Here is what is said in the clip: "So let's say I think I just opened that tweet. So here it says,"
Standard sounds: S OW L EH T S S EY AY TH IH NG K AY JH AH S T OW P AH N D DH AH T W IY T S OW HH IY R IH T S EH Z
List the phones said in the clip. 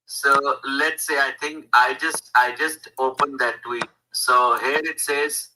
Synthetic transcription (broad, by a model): S OW L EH T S S EY AY T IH NG K AY JH AH S T OW P AH N D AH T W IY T S OW HH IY R IH T S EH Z